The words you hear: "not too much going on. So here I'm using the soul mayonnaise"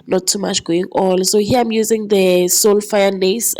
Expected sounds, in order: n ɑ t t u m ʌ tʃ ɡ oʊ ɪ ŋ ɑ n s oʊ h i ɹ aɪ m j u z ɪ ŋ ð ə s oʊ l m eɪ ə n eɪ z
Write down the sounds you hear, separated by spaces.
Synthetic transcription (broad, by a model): n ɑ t t u m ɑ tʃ ɡ oʊ ɪ ŋ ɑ l s oʊ h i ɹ aɪ m j u z ɪ ŋ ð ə s oʊ l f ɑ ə n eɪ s